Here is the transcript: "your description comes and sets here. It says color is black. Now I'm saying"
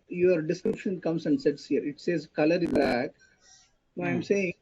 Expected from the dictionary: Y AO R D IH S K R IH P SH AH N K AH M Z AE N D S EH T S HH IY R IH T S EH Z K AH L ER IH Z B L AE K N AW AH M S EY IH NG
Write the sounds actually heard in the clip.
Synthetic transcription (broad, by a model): Y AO R D IH S K R IH P SH AH N K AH M S AE N D S EH T S HH IY R IH T S EH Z K AH L ER IH Z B AE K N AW AH M S EY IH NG